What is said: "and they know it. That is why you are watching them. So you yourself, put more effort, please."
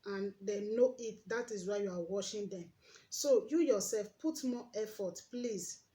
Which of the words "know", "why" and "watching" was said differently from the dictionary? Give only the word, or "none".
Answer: watching